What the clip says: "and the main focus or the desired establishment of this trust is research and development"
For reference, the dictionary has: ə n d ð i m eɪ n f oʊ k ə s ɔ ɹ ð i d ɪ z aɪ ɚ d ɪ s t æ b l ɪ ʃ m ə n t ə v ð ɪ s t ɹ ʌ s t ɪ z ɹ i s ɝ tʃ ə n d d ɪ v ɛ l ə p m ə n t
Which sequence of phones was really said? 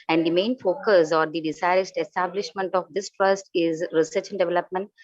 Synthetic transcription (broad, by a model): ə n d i m eɪ n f oʊ k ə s ɔ ɹ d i d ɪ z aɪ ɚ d ɪ s t æ b l ɪ ʃ m ə n t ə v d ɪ s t ɹ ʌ s t ɪ z ɹ i s ɝ tʃ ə n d d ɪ v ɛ l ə p m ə n t